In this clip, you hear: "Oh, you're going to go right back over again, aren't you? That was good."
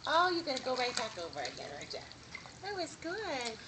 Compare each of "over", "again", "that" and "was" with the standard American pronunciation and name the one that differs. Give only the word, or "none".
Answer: none